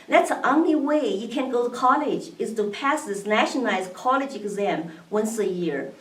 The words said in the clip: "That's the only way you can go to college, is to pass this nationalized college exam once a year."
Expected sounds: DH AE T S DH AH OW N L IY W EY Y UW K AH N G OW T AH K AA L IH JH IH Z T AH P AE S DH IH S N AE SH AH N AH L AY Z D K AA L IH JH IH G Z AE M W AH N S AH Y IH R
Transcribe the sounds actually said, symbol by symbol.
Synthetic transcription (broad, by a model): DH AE T S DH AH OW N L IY W EY Y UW K AH N G OW T AH K AA L IH JH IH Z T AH P AE S DH IH S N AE SH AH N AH L AY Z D K AA L IH JH IH G Z AE M W AH N S AH Y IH R